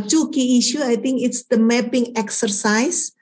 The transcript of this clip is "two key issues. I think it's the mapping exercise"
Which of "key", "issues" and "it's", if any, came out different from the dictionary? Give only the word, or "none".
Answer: issues